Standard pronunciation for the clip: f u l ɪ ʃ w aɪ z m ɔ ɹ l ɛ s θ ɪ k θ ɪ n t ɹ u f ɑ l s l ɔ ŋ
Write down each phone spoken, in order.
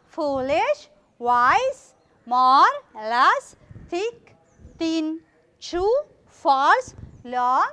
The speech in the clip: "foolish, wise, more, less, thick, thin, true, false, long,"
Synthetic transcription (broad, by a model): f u l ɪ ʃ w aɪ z m ɔ ɹ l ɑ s t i k t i n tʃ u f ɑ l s l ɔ